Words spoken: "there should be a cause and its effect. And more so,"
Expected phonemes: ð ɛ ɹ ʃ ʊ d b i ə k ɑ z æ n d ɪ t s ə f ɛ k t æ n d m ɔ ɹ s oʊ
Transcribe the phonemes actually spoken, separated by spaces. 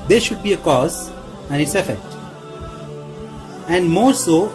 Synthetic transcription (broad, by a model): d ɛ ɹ ʃ ʊ d b i ə k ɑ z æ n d ɪ t s ə f ɛ k t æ n d m ɔ ɹ s oʊ